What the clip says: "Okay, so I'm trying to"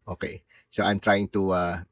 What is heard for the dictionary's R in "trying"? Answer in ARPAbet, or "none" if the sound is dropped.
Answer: R